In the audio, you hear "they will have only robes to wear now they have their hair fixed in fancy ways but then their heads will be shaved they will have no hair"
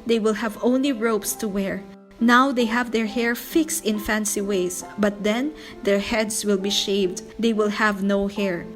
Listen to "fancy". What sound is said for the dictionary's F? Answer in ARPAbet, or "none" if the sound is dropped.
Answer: F